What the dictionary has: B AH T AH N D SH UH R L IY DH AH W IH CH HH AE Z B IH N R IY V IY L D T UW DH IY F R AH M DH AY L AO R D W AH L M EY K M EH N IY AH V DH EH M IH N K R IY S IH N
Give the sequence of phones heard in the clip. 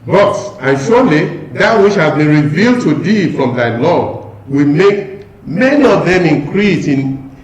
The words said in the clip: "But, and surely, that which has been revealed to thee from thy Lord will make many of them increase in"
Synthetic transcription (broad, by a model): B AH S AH N SH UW L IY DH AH W IH CH HH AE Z B IH N R IY V IY L D T UW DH IY F R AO M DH AY L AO W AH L M EY K M EH N IY AH V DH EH M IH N K R IY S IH N